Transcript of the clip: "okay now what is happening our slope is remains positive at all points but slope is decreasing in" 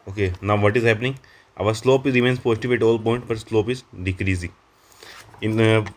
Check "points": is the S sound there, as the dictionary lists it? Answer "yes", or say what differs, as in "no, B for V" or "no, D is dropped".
no, S is dropped